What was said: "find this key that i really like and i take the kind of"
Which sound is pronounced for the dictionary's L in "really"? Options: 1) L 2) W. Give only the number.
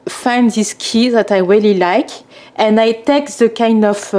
1